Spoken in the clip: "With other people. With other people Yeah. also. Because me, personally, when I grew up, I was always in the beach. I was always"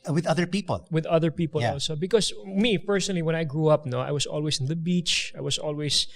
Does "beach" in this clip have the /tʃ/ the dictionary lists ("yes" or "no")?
yes